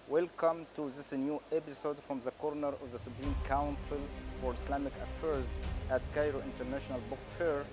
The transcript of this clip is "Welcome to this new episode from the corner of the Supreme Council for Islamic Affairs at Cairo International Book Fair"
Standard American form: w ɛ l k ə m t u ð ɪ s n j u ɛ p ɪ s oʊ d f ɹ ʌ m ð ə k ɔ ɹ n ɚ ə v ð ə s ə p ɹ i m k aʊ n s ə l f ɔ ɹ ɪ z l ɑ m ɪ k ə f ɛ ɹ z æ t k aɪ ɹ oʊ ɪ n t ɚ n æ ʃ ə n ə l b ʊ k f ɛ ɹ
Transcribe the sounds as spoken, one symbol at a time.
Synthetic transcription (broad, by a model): w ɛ l k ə m t u ð ɪ s n j u ɛ p ɪ s oʊ d f ɹ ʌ m ð ə k ɔ ɹ n ɚ ə v ð ə s ə p ɹ i m k aʊ n s ə l f ɔ ɹ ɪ s l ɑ m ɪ k ə f ɛ ɹ z æ t k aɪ ɹ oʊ ɪ n t ɚ n æ ʃ ə n ə l b ʊ k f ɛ ɹ